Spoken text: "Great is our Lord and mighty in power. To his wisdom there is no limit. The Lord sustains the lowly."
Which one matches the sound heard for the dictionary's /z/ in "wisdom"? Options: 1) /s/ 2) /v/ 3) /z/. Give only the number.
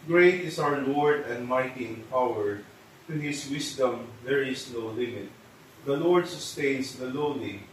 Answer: 1